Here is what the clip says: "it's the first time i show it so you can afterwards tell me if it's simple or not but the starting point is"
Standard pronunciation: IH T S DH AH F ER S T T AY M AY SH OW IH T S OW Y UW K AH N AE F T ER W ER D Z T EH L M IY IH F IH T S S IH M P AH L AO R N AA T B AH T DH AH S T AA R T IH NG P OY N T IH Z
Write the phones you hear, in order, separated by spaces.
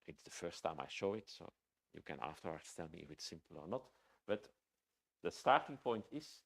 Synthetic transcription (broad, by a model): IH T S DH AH F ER S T T AY M AY SH OW IH T S OW Y UW K AH N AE F T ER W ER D S T EH L M IY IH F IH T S S IH M P AH L AO R N AA T B AH T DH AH S T AA R T IH NG P OY N T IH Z